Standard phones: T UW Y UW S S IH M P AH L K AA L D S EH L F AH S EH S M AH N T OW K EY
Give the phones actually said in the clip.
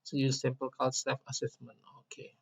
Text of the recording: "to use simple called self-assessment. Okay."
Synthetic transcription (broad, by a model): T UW Y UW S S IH M P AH L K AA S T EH F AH S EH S M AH N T OW K EY